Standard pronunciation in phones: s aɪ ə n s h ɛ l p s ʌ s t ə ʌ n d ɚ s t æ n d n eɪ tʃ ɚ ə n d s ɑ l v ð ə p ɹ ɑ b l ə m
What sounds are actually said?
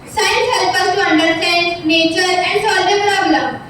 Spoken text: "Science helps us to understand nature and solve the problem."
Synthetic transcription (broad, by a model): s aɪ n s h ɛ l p ʌ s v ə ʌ n d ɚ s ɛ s n eɪ tʃ ɚ ə n d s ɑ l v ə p ɹ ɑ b l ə m